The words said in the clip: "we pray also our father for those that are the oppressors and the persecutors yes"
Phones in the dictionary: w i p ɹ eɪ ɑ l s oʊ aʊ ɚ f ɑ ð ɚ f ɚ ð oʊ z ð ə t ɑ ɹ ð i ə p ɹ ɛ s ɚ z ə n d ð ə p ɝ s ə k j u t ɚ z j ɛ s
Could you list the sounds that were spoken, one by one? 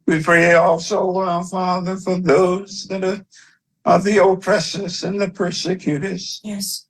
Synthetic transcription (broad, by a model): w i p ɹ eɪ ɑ l s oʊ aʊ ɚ f ɑ ð ɚ f ɚ ð oʊ z ð ə t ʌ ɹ ð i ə p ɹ ɛ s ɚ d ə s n ð ə p ɝ s ə k j u t ɚ z j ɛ s